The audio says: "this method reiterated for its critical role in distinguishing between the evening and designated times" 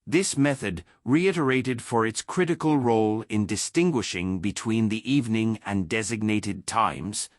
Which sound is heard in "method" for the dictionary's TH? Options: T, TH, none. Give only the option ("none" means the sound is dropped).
TH